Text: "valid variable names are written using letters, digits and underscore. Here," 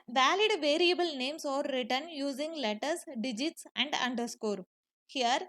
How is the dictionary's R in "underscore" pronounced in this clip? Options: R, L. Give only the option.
R